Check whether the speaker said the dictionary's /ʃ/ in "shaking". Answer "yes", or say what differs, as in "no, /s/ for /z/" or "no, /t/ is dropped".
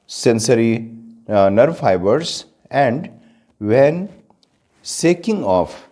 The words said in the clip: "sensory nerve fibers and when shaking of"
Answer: no, /s/ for /ʃ/